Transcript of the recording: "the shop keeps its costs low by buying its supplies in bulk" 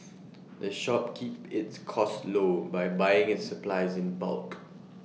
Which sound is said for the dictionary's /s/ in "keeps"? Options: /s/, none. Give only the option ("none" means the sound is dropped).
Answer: none